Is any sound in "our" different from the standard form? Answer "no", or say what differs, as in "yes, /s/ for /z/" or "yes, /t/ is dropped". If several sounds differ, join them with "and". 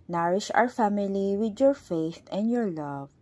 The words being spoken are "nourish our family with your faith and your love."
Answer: no